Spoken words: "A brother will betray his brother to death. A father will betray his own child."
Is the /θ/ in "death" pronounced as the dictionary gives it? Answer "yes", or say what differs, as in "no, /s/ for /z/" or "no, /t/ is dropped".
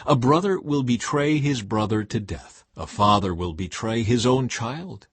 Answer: yes